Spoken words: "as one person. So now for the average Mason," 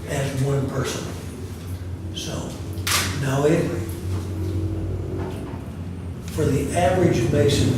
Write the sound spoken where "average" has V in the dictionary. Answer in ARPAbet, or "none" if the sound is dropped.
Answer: V